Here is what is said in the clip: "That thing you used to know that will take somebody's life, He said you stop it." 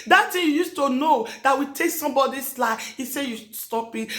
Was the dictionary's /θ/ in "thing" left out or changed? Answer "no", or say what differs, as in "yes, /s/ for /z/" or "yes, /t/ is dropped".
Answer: yes, /s/ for /θ/